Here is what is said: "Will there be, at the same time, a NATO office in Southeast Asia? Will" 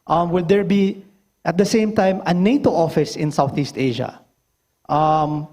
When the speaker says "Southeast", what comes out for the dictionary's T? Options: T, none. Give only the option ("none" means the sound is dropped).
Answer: T